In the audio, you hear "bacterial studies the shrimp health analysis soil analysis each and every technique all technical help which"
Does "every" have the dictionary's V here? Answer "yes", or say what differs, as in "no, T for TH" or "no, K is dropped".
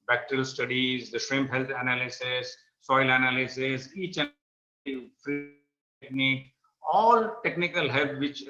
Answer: no, F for V